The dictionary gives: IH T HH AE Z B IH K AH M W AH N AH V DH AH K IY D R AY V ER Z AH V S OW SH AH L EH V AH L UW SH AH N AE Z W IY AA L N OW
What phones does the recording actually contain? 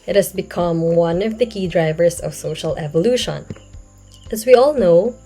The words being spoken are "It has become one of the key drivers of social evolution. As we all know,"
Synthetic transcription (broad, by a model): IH T HH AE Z B IH K AH M W AH N AH V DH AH K IY D R AY V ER S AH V S OW SH AH L EH V AH L UW SH AH N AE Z W IY AA L N OW